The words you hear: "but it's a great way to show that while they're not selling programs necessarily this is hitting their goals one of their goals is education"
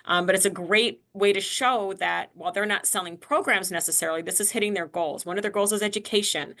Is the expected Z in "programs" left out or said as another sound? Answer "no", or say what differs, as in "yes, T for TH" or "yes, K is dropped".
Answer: no